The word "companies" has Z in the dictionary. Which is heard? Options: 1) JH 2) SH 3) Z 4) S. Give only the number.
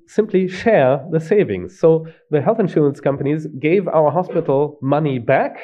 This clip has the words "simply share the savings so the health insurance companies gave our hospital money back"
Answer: 3